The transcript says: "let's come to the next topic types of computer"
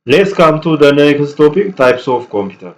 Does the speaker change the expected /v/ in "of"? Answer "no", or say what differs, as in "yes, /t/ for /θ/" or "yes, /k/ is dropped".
yes, /f/ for /v/